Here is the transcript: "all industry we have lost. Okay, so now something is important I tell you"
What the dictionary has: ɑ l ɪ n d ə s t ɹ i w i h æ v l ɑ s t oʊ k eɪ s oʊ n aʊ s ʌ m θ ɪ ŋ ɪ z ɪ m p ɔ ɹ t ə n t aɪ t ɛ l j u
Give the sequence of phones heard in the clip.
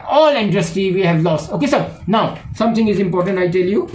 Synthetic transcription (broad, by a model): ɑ l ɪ n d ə s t i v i h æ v l ɑ s t oʊ k eɪ s oʊ n aʊ s ʌ m t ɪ ŋ ɪ z ɪ m p ɔ ɹ t ə n t aɪ t ɛ l j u